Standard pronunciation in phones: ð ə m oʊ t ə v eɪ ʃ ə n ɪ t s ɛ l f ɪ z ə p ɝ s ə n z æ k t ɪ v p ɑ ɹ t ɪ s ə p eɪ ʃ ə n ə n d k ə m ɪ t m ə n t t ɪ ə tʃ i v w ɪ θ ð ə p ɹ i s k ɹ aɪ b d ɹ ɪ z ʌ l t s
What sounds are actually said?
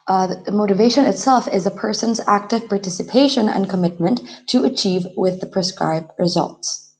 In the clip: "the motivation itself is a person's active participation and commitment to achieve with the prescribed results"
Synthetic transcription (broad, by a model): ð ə m oʊ t ə v eɪ ʃ ə n ɪ t s ɛ l f ɪ z ə p ɝ s ə n z æ k t ɪ v p ɑ ɹ t ɪ s ə p eɪ ʃ ə n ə n k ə m ɪ t m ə n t t ɪ ə tʃ i v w ɪ ð ə p ɹ i s k ɹ aɪ b d ɹ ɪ z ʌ l t s